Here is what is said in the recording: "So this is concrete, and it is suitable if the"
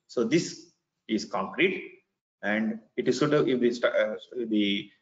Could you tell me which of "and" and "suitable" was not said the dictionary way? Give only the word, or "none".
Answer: suitable